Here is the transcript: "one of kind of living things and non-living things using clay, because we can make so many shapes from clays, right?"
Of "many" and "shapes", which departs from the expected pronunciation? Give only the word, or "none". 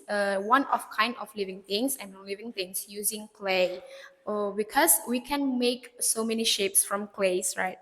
none